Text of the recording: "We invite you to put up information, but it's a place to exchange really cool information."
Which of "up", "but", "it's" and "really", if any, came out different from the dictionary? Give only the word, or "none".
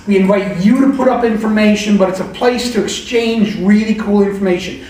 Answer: none